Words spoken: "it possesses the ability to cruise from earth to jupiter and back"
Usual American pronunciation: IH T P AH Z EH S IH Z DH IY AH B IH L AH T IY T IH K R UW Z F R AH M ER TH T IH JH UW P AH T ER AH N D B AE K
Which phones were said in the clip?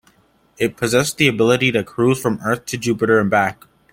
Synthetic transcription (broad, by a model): IH T P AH Z EH S DH IY AH B IH L AH T IY T IH K R UW Z F R AH M ER TH T IH JH UW P AH T ER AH N B AE K